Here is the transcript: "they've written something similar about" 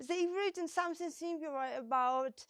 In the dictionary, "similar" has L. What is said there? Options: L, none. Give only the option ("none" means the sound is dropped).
none